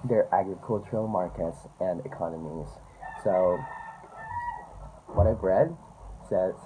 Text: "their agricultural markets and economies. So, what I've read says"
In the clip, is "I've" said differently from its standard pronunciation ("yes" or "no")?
yes